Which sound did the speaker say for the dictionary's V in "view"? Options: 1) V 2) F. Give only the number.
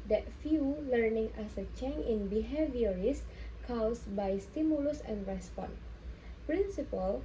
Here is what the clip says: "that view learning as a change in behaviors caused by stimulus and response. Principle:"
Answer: 2